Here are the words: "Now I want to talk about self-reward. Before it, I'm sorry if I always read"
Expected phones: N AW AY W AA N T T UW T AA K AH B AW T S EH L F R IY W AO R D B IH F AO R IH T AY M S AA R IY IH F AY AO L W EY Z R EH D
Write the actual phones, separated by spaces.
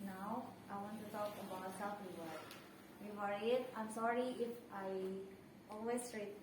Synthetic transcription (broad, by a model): N AW AY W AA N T T UW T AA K AH B AW T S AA F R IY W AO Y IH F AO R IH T AY M S AA R IY IH F AY AO L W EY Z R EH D